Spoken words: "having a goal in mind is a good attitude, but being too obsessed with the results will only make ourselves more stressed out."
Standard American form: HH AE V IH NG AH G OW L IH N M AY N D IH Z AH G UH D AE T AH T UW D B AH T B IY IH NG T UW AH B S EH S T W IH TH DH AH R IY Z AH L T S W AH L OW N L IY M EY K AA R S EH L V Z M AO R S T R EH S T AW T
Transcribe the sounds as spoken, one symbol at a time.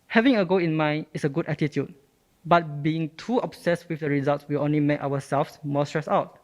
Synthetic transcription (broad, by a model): HH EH V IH NG AH G OW IH N M AY N D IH S AH G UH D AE T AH T UW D B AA T B IY IH NG T UW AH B S EH S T W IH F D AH R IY Z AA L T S W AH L OW N L IY M EY K AA W S EH L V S M AO S T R EH S AW T